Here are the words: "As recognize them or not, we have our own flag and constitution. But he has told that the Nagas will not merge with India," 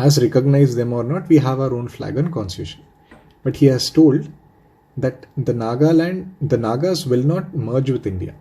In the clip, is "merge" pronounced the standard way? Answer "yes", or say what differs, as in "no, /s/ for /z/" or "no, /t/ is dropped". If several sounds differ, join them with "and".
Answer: yes